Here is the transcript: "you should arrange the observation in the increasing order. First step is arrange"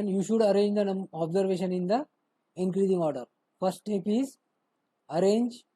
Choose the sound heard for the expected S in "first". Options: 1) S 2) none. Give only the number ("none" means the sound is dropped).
2